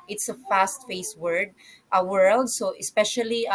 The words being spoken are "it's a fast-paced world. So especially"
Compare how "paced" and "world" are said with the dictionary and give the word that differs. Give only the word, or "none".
paced